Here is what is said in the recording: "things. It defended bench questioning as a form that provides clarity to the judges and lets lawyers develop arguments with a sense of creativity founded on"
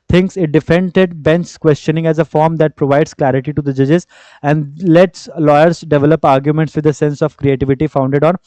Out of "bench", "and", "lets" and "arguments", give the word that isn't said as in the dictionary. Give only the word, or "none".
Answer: bench